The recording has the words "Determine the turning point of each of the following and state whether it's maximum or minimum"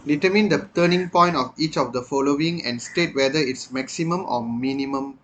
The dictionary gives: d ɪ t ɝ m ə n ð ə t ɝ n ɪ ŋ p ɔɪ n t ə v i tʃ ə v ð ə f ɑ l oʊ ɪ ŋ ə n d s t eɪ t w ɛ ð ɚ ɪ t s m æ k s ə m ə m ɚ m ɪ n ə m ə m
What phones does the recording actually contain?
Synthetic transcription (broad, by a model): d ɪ t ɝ m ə n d ə t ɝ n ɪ ŋ p ɔɪ n t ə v i tʃ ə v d ə f ɑ l oʊ ɪ ŋ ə n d s t eɪ t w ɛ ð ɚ ɪ t s m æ k s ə m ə m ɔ m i n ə m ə m